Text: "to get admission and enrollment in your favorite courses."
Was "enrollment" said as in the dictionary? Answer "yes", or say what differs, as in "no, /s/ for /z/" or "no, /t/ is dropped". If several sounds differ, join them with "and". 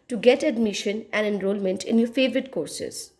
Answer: yes